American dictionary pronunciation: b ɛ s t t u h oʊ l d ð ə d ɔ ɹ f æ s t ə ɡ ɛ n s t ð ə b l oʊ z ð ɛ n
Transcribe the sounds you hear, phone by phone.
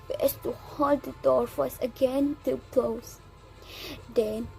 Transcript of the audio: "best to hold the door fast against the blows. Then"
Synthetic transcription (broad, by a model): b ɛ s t t u h oʊ l d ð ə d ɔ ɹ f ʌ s ə ɡ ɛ n t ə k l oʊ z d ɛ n